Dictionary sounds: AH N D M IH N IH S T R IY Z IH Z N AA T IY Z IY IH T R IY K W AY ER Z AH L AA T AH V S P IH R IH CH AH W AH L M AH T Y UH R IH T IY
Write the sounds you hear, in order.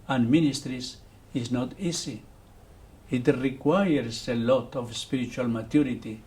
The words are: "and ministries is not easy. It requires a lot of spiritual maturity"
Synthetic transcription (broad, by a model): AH N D M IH N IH S T R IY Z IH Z N AA T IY S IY IH T R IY K W AY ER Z AH L AA T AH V S P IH R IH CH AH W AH L M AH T Y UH R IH T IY